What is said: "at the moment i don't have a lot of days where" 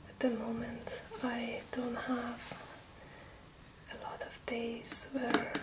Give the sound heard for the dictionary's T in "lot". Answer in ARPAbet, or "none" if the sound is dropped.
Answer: T